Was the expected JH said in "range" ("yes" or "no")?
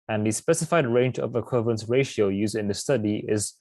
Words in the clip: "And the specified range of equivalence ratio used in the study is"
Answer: yes